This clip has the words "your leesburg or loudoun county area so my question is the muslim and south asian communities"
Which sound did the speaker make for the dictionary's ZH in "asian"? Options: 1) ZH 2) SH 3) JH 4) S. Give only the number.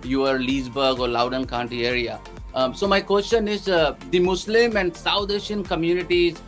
2